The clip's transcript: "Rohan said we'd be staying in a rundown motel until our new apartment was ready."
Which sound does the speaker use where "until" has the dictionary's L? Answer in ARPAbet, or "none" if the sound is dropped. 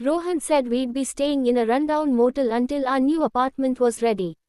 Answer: L